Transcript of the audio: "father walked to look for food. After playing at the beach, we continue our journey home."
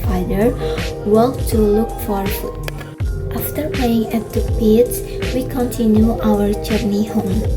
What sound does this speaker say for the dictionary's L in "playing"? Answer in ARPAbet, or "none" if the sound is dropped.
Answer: none